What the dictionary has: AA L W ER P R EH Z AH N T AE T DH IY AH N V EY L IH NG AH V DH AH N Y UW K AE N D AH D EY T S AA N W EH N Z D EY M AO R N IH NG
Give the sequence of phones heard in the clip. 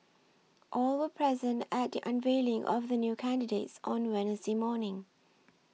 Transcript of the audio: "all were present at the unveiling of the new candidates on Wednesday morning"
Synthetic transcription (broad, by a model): AA L W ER P R EH Z AH N T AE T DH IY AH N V EY L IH NG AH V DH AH N Y UW K AE N D AH D EY T S AA N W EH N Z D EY M AO N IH NG